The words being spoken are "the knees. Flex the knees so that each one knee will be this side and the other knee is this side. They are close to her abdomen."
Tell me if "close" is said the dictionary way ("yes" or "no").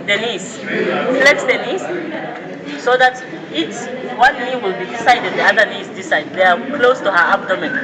yes